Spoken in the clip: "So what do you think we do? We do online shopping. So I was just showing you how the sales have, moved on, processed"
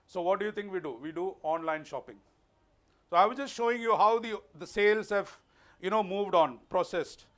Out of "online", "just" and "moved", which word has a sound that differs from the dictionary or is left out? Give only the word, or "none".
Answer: none